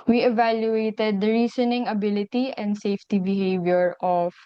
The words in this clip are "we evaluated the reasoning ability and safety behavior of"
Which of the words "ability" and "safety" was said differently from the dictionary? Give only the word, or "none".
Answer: none